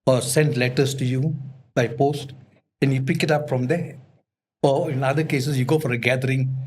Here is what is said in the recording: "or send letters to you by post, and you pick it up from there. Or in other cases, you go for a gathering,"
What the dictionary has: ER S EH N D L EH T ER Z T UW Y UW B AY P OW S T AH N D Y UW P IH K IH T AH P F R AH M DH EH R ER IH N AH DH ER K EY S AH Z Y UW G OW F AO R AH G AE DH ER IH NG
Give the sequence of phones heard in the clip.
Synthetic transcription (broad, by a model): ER S EH N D L EH T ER S T UW Y UW B AY P OW S T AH N Y UW P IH K IH T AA P F R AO M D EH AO IH N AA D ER K EY S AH S Y UW G OW F AO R AH G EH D ER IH NG